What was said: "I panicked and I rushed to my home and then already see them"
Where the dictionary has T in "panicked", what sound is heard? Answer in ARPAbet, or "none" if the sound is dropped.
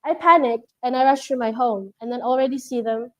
T